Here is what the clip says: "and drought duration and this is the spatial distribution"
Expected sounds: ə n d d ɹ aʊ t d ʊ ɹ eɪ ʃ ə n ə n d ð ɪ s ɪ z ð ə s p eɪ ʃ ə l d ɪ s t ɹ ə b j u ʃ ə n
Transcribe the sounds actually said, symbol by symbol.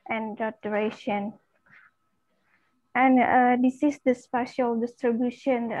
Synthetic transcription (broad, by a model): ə n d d aʊ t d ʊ ɹ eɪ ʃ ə n ə n d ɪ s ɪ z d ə s p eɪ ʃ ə l d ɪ s t ɹ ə b j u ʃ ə n